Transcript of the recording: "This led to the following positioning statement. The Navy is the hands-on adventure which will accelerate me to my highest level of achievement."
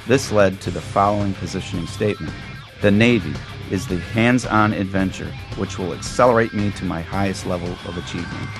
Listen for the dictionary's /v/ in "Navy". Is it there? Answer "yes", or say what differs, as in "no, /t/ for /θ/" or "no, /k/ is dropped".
yes